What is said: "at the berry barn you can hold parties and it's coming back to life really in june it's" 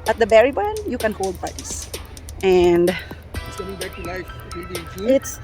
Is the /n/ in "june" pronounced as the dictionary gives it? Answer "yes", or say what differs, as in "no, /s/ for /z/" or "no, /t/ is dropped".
no, /n/ is dropped